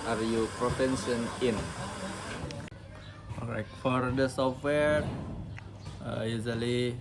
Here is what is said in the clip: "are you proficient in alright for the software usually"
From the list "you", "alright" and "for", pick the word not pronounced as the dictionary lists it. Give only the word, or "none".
alright